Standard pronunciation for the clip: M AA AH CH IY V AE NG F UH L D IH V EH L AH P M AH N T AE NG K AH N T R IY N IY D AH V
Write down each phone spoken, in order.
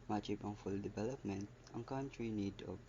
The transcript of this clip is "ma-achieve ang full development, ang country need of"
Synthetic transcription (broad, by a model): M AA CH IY B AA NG F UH L D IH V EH L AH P M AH N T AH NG K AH N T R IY N IY D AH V